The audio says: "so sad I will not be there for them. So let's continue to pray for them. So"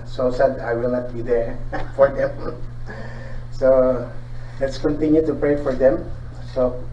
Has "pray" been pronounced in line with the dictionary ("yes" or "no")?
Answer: yes